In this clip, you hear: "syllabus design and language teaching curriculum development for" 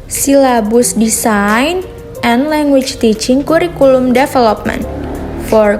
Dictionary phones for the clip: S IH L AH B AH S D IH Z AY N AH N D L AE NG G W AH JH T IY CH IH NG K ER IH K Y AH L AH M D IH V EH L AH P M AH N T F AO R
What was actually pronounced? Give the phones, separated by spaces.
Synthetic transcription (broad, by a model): S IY L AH B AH S D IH S AY N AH N L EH NG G W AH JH T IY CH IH NG K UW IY K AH L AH M D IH F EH L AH P M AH N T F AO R